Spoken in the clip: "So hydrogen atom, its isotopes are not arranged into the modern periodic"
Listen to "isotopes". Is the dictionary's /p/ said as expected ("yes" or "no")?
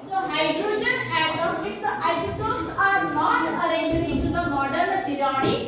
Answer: no